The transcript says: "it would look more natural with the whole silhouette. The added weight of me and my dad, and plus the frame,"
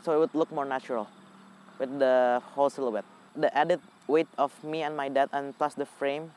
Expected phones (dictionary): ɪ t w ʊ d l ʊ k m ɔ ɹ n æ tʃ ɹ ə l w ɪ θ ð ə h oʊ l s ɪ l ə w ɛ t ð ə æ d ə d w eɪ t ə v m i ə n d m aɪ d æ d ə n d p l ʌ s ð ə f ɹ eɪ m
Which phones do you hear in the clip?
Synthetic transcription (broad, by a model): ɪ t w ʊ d l ʊ k m ɔ ɹ n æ tʃ ɹ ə l w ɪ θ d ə h oʊ l s ɪ l ə w ɛ t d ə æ d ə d w eɪ t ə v m i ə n m aɪ d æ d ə n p l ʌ s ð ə f ɹ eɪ m